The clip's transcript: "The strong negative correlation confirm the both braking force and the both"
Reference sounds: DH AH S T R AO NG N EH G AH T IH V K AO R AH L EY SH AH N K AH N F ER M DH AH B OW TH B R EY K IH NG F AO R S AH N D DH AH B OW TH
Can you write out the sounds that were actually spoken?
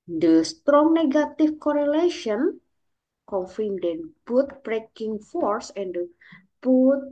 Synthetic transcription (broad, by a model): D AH S T R AO NG N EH G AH T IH F K AO R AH L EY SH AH N K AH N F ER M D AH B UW T B R EY K IH NG F AO R S AH N D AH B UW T